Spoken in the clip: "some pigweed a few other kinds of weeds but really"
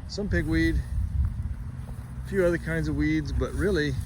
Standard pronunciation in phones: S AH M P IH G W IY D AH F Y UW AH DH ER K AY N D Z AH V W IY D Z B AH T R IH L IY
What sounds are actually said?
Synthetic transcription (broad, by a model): S AH M P IH G W IY D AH F Y UW AH DH ER K AY N D Z AH V W IY D Z B AH T R IH L IY